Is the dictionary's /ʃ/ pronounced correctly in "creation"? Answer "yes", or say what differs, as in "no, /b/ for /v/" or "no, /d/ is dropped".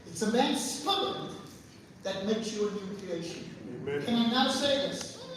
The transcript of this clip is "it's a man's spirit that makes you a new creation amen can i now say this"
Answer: no, /ʃ/ is dropped